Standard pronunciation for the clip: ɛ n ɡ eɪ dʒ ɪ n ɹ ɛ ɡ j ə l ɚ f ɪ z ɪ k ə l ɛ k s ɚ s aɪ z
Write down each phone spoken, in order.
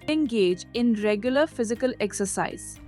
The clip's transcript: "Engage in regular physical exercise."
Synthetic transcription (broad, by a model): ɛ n ɡ eɪ dʒ ɪ n ɹ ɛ ɡ j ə l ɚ f ɪ z ɪ k ə l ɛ k s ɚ s aɪ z